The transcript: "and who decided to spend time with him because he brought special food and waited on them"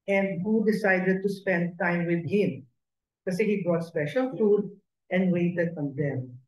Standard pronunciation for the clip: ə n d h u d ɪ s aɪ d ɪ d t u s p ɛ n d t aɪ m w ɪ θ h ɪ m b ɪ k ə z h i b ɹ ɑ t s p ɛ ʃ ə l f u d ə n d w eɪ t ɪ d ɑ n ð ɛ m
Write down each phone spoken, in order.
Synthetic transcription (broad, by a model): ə n d h u d ɪ s aɪ d ɪ d t u s p ɛ n d t aɪ m w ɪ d h ɪ m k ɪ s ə h i b ɹ ɑ t s p ɛ ʃ ə l f u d ə n d w eɪ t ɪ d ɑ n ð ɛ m